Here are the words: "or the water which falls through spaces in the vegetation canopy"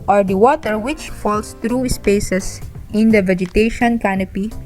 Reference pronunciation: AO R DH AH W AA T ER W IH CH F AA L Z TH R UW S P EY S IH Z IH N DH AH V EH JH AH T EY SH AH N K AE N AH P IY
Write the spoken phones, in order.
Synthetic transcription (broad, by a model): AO R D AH W AA T ER W IH CH F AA L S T R UW S P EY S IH S IH N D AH V EH JH AH T EY SH AH N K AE N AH P IY